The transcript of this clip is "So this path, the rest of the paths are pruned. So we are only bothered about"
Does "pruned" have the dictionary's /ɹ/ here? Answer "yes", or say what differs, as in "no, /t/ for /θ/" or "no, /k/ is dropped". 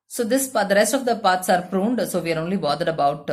yes